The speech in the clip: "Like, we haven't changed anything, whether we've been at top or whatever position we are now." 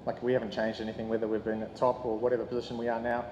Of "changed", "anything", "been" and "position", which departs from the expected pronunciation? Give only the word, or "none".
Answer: none